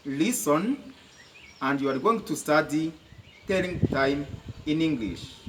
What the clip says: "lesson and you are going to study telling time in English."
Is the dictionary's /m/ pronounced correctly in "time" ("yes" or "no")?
yes